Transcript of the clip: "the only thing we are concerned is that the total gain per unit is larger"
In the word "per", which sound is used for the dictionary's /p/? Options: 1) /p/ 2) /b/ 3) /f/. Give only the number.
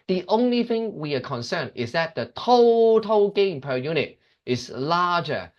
1